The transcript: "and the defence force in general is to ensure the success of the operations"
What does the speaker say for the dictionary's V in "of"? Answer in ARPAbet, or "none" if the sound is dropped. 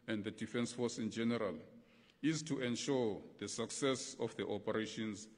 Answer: F